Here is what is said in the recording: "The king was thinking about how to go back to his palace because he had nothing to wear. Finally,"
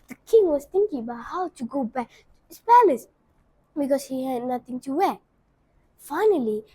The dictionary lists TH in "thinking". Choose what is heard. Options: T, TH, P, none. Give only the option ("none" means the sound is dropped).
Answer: T